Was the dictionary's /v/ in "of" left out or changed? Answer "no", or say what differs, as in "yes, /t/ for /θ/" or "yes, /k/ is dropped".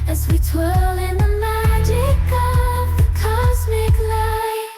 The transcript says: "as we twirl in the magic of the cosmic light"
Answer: no